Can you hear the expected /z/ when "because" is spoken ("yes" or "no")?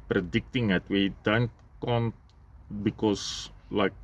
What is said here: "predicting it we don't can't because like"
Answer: no